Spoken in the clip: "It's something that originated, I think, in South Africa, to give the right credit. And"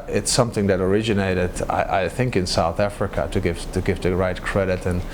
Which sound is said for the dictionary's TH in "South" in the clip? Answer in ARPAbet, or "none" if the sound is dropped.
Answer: TH